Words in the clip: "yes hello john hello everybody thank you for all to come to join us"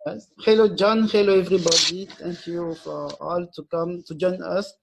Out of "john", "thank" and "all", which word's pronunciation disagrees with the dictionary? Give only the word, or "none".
thank